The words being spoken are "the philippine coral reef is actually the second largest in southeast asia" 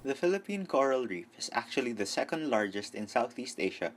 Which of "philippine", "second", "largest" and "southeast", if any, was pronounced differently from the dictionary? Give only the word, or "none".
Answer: none